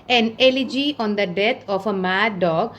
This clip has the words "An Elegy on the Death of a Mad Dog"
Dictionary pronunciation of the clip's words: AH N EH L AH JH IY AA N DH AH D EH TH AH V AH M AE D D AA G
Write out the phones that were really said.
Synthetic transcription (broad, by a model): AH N EH L AH JH IY AA N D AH D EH T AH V AH M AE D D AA G